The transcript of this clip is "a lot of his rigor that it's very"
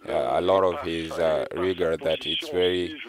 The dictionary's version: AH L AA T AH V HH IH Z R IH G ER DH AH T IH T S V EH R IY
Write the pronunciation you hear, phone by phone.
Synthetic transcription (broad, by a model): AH L AA T AH V HH IH Z R IH G ER DH AH T IH T S V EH R IY